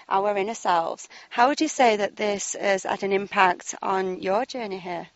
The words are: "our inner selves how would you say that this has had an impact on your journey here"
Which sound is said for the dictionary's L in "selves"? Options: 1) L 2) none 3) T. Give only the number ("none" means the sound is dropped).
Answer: 1